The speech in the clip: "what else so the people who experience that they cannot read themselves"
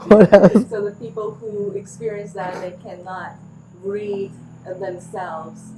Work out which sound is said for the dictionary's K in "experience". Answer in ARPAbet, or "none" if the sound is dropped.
K